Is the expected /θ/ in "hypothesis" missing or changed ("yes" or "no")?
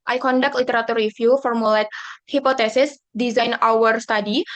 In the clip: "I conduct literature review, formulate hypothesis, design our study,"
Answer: yes